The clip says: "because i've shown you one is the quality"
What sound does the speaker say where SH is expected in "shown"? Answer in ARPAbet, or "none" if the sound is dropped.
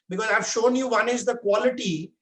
SH